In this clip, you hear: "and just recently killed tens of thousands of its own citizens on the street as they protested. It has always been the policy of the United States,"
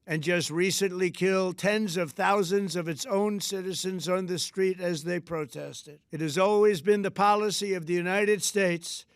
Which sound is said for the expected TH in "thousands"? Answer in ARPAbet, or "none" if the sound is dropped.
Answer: TH